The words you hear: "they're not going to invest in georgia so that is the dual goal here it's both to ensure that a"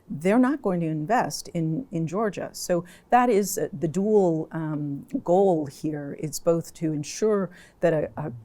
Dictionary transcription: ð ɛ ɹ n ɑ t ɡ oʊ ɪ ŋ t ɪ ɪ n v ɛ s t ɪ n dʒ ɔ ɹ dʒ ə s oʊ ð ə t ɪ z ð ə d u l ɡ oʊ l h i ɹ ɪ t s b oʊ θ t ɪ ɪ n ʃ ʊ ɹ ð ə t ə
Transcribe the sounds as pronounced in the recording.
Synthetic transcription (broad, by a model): ð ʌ ɹ n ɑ t ɡ oʊ ɪ ŋ t ɪ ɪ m v ɛ s t ɪ n dʒ ɔ ɹ dʒ ə s oʊ ð ə t ɪ z ð ə d u l ɡ oʊ l h i ɹ ɪ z b oʊ θ t ɪ ɪ n ʃ ʊ ɹ ð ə t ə